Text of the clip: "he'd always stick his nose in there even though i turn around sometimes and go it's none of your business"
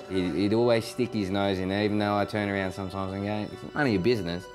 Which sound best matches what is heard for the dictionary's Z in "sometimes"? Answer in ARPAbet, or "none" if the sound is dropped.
Z